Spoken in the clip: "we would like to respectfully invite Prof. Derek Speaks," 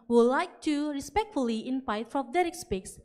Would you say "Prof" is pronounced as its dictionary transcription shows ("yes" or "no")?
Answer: no